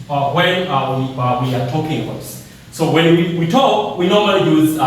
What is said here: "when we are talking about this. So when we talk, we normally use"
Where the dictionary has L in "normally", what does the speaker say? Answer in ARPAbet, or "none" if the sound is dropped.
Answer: L